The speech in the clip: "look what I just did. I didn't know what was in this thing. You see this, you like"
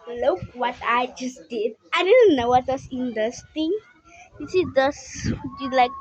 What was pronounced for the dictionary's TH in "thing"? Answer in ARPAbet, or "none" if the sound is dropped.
T